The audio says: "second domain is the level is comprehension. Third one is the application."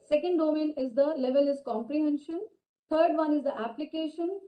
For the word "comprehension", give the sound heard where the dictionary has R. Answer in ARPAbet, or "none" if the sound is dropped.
R